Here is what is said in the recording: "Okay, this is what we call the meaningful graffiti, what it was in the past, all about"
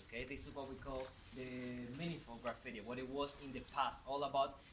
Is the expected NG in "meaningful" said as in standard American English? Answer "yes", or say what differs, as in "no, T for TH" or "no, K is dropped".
no, NG is dropped